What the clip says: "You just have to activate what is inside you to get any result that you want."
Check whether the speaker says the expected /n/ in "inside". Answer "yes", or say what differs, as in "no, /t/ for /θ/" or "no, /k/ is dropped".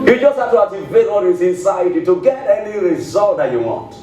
yes